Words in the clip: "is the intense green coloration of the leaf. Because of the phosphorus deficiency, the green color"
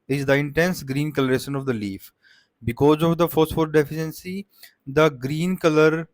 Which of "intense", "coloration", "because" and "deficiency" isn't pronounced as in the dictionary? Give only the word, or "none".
none